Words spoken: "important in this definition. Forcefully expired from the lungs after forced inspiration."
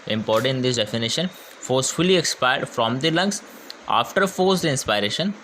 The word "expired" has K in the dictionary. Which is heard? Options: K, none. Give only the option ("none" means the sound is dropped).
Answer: K